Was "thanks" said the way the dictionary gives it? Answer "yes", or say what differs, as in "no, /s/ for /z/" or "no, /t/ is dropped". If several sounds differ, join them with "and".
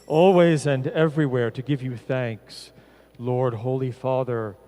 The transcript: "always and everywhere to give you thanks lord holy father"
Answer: yes